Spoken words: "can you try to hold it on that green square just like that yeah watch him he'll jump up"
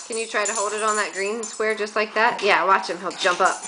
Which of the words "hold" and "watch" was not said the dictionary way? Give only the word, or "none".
none